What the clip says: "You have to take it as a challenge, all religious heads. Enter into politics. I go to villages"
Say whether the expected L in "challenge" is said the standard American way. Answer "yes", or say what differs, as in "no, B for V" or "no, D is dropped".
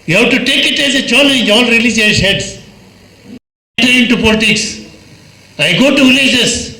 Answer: no, N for L